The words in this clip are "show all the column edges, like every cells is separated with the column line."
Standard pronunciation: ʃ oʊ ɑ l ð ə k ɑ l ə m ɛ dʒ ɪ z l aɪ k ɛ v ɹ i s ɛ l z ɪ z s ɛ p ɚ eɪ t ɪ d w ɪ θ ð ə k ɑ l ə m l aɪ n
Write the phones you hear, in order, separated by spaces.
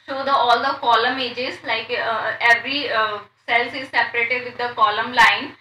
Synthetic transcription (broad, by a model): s oʊ ɑ l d ə k ɑ l ə m ɛ dʒ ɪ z l aɪ k ɛ v ɹ i s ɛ l s ɪ z s ɛ p ɚ eɪ t ɪ d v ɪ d ə k ɑ l ə m l aɪ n